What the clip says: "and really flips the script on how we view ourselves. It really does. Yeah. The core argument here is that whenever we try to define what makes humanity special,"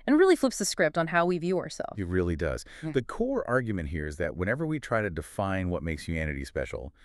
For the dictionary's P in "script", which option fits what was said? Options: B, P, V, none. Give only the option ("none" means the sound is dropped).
P